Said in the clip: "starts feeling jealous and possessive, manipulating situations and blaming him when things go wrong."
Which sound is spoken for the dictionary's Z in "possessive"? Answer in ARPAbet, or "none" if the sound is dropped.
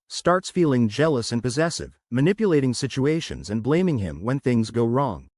Z